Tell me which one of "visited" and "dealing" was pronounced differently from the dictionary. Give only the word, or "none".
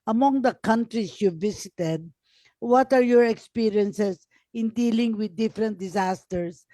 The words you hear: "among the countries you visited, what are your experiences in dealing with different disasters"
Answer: visited